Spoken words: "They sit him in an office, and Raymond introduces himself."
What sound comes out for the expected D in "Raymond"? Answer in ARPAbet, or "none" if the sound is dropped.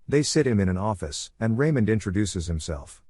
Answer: D